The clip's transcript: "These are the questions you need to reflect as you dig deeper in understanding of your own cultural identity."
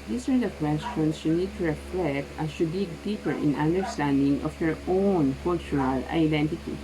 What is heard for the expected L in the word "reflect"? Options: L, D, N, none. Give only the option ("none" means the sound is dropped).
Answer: L